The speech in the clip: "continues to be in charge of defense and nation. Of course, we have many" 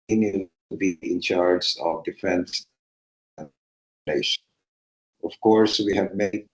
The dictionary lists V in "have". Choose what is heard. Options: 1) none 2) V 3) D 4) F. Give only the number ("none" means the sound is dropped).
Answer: 2